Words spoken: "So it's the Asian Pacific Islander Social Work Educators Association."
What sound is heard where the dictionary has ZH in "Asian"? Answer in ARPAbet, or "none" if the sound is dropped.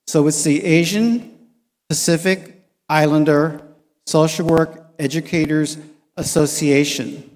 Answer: ZH